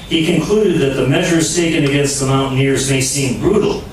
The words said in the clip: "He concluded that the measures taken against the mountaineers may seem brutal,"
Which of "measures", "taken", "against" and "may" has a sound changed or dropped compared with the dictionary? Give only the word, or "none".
none